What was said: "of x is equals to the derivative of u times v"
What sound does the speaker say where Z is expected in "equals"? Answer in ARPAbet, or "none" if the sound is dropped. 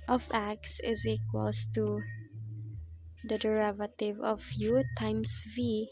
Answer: S